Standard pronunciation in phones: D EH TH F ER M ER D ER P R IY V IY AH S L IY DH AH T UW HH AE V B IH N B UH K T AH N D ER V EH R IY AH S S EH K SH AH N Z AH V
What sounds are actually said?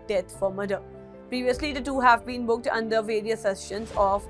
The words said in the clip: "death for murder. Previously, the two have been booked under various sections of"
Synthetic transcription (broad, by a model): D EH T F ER M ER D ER P R IY V IY AH S L IY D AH T UW HH AE V B IH N B UH K T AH N D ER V EH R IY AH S S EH SH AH N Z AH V